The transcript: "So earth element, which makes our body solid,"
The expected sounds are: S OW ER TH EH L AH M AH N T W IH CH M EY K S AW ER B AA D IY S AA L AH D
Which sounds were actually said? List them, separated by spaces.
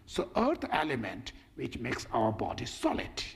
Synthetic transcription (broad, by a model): S OW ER T EH L AH M AH N T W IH CH M EY K S AW ER B AA D IY S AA L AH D